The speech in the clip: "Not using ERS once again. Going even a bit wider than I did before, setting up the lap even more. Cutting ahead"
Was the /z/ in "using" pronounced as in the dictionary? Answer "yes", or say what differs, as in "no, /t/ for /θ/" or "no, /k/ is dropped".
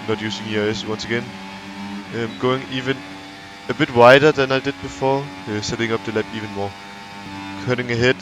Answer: no, /s/ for /z/